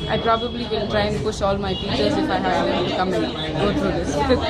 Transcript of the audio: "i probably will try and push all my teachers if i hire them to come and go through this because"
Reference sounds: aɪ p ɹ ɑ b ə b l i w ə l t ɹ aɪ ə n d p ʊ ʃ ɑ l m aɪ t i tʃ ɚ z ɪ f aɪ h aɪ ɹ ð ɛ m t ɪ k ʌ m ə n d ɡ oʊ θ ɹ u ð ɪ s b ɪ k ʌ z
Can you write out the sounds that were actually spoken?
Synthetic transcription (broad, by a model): aɪ p ɹ ɑ b ə b l i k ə n t ɹ aɪ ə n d p ʊ ʃ ɑ l m aɪ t i tʃ ɚ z ɪ f aɪ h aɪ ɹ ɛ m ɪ k ʌ m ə n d ɡ oʊ t ɹ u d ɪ s